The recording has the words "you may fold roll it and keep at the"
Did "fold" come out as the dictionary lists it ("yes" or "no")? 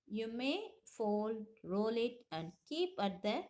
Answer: yes